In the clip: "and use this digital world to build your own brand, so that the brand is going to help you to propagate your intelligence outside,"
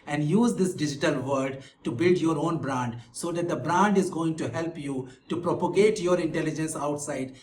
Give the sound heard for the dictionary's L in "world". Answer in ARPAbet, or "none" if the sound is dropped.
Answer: none